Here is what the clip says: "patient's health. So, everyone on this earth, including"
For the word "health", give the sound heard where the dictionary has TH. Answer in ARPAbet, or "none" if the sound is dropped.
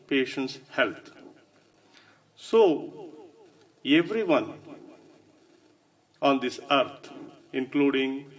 T